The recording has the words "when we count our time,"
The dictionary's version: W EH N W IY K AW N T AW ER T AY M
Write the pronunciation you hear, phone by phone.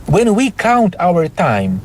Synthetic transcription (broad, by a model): W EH N W IY K AW N T AW ER T AY M